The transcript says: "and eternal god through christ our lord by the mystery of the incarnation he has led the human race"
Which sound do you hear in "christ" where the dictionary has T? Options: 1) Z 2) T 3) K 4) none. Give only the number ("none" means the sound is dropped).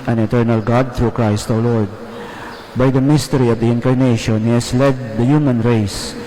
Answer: 2